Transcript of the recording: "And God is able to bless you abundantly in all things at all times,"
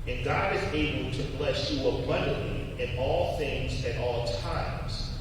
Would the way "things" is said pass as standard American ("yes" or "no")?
yes